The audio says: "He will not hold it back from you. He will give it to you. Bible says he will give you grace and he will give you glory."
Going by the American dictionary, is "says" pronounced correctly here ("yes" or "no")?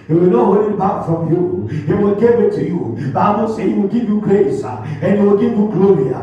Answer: no